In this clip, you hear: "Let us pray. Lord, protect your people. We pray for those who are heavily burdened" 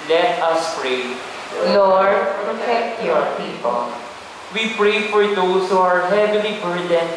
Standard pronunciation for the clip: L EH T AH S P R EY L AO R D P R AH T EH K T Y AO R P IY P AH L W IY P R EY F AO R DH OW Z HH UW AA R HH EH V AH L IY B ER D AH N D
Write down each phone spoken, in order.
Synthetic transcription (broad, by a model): L EH T AH S P R EY N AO R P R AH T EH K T Y AO R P IY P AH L W IY P R EY F AO R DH OW S HH UW AA R HH EH V AH L IY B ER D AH N